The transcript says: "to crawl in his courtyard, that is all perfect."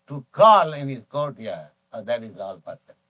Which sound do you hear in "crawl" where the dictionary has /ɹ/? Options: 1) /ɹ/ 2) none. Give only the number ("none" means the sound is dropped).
2